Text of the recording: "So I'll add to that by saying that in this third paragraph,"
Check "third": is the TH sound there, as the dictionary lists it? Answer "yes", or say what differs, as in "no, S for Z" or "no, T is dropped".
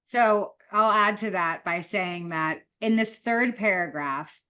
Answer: yes